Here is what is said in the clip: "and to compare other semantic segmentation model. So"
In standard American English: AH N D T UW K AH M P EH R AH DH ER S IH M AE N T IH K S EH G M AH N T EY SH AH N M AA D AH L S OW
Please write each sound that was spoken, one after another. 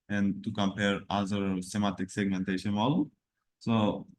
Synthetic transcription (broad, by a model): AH N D T UW K AH M P EH R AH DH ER S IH M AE T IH K S EH G M AH N T EY SH AH N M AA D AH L S OW